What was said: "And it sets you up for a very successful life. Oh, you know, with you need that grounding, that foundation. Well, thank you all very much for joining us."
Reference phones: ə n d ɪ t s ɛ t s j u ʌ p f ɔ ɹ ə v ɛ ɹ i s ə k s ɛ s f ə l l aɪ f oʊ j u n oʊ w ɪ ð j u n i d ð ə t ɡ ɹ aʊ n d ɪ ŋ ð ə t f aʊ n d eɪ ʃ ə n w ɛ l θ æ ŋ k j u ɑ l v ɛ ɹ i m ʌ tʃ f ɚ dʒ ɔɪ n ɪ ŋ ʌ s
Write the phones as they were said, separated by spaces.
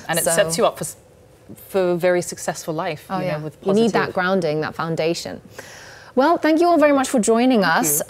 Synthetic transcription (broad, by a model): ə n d ɪ t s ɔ s s j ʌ ʌ p f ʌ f ə v ɛ ɹ i s ə k s ɛ s f ə l l aɪ f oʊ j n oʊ w ɪ ð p n i d ð ə t ɡ ɹ aʊ n d ɪ ŋ ð ə t f aʊ n d eɪ ʃ ə n w ɛ l θ æ ŋ k j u ɑ l v ɛ ɹ i m ʌ tʃ f ɚ dʒ ɔɪ n ɪ ŋ ʌ s